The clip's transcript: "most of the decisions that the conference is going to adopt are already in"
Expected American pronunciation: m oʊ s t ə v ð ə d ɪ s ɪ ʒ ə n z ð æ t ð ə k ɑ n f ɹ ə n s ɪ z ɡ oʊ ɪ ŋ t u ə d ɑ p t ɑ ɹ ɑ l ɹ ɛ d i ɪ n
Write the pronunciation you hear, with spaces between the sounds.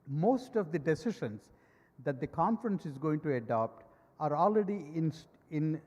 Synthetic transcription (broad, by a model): m oʊ s t ə v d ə d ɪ s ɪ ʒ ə n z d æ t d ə k ɑ n f ɹ ə n s ɪ z ɡ oʊ ɪ ŋ t u ə d ɑ p t ɑ ɹ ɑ l ɹ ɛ d i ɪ n